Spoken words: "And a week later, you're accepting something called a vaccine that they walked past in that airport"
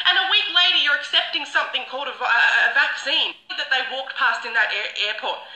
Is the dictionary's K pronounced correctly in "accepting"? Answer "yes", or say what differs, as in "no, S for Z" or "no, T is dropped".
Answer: yes